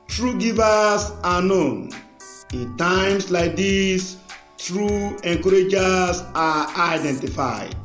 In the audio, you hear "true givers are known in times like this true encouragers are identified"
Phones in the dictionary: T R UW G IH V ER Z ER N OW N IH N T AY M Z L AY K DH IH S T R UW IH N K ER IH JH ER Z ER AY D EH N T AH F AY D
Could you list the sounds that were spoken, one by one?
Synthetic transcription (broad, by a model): T R UW G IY V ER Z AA N OW N IH N T AY M S L AY K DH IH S T R UW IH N K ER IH JH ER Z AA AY D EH N T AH F AY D